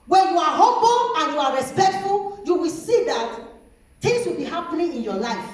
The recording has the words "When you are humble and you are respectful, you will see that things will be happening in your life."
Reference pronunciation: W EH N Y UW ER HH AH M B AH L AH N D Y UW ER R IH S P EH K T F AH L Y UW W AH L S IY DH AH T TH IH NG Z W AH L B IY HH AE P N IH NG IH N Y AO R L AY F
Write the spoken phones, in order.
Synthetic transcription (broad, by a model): W EH N Y UW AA HH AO B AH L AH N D Y UW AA R IH S P EH K T F AH L Y UW W AH L S IY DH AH T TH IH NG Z W AH L B IY HH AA P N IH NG IH N Y AO L AY F